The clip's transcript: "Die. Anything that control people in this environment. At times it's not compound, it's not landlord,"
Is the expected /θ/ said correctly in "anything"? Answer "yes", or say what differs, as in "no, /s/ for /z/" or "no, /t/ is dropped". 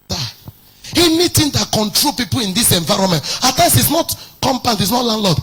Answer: no, /t/ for /θ/